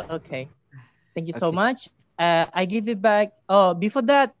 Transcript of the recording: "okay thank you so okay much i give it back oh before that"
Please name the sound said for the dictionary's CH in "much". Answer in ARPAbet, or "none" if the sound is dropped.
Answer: none